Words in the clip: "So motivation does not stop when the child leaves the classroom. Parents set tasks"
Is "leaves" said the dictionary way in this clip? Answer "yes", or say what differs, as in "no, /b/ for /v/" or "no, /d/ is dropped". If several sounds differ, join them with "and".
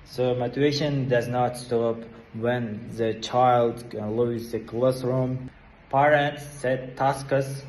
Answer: no, /v/ is dropped